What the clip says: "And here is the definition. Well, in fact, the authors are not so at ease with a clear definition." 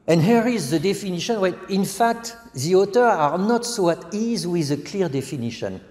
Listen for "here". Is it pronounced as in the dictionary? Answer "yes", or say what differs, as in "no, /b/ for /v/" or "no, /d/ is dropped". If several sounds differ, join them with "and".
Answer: yes